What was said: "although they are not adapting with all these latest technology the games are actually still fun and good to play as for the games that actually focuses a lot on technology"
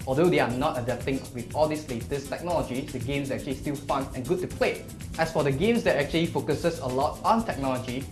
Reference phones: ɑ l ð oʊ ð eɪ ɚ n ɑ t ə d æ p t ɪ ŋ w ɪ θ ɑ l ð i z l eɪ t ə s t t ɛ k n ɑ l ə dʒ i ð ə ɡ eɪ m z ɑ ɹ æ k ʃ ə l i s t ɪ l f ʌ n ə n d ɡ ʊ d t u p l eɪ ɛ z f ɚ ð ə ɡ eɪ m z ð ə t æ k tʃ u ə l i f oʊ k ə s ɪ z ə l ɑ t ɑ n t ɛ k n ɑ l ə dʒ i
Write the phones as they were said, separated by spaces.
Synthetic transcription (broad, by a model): ɑ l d oʊ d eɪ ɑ n ɑ t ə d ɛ t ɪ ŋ w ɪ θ ɑ l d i s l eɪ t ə s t t ɛ k n ɑ l ə dʒ i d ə ɡ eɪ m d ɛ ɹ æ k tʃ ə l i s t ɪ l f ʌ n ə n ɡ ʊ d t u p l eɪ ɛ s f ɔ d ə ɡ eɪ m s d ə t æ k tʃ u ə l i f oʊ k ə s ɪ s ə l ɑ t ɑ n t ɛ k n ɑ l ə dʒ i